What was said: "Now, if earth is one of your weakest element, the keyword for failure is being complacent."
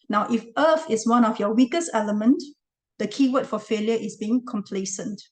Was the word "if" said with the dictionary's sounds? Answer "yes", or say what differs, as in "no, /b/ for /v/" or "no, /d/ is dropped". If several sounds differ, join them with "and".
yes